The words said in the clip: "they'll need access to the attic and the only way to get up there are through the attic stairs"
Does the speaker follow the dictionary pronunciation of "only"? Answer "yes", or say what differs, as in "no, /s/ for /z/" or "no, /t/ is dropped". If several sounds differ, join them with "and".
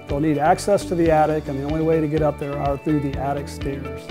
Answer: yes